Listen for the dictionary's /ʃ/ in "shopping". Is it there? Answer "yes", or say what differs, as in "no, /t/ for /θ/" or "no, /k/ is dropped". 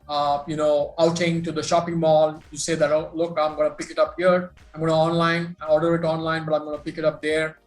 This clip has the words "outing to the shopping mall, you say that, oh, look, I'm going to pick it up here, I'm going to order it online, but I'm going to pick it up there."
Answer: yes